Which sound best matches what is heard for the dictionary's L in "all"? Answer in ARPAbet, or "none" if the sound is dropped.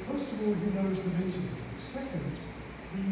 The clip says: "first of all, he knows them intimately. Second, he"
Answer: L